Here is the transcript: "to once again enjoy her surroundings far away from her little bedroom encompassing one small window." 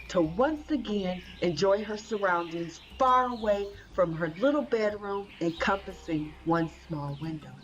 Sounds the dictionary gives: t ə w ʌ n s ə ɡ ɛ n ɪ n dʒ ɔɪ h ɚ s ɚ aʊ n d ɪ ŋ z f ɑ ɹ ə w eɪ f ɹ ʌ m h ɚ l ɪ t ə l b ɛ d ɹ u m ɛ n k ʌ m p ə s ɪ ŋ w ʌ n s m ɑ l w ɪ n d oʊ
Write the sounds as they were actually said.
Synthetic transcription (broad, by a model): t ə w ʌ n s ə ɡ ɛ n ɪ n dʒ ɔɪ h ɚ s ɚ aʊ n d ɪ ŋ z f ɑ ɹ ə w eɪ f ɹ ʌ m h ɚ l ɪ t l b ɛ d ɹ u m ɛ n k ʌ m p ə s ɪ ŋ w ʌ n s m ɑ l w ɪ n d oʊ